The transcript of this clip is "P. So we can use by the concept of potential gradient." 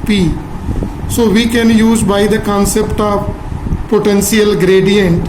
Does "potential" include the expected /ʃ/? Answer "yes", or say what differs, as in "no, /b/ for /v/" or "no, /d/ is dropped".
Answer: no, /s/ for /ʃ/